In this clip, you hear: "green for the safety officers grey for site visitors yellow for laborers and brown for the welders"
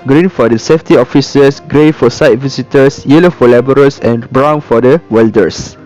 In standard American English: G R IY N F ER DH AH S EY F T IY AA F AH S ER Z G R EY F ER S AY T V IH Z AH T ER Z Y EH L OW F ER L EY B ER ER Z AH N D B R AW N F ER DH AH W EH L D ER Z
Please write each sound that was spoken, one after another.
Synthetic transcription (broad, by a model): G R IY N F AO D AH S EY F T IY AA F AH S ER S G R EY F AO S AY T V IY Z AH T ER S Y EH L OW F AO L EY B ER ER S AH N B R AW N F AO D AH W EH L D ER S